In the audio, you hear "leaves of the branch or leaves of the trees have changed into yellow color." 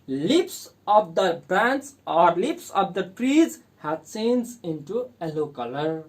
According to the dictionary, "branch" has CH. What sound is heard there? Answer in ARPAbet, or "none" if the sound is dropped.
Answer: S